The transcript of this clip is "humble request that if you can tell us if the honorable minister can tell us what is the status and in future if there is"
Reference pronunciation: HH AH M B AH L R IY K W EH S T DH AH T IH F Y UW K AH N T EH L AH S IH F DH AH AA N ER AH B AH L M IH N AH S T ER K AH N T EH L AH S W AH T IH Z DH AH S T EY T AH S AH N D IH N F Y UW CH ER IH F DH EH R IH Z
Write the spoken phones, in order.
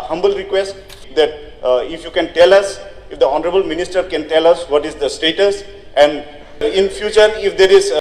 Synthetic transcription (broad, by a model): HH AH M B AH L R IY K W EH S T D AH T IH F Y UW K AH N T EH L AH S IH F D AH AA N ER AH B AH L M IH N AH S T ER K AH N T EH L AH S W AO T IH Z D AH S T EY T AH S AH N D IH N F Y UW CH ER IH F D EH R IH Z